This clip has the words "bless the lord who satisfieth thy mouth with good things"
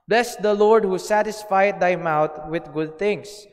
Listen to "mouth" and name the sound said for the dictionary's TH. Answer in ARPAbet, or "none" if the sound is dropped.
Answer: T